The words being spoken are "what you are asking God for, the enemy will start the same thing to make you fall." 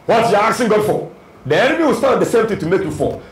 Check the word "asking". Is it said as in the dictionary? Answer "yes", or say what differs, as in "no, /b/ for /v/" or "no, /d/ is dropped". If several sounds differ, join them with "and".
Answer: no, /k/ is dropped